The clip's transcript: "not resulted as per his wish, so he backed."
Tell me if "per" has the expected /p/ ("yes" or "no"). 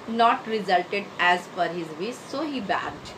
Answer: no